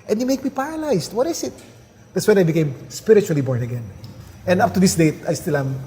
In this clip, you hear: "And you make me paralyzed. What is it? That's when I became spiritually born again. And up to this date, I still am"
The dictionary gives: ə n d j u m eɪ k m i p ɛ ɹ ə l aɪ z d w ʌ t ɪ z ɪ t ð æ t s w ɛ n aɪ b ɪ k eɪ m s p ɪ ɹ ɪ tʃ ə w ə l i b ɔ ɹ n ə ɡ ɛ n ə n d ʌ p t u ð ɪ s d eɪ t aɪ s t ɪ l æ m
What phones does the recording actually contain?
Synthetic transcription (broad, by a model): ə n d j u m eɪ k m i p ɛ ɹ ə l aɪ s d w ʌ t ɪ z ɪ t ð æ t s w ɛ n aɪ b ɪ k eɪ m s p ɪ ɹ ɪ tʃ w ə l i b ɔ ɹ n ə ɡ ɛ n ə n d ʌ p t u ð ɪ s d eɪ t aɪ s t ɪ l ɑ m